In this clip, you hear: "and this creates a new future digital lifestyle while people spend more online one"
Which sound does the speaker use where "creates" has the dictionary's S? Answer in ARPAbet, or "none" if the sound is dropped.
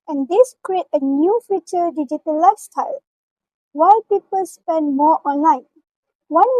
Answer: none